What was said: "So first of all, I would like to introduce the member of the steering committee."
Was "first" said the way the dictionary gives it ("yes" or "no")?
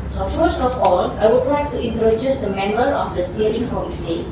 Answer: no